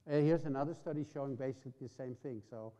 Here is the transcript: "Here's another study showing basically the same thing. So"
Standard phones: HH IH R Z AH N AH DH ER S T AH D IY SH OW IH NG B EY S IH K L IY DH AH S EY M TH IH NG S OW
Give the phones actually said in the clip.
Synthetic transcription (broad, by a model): HH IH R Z AH N AH DH ER S T AH D IY SH OW IH NG B EY S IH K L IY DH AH S EY M TH IH NG S OW